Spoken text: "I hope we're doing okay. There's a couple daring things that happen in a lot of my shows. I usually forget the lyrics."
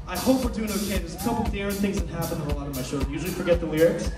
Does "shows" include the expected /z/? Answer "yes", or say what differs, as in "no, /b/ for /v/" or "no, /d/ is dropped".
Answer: no, /z/ is dropped